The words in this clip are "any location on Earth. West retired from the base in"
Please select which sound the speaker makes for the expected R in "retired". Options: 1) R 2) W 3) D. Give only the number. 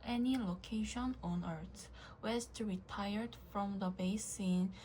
1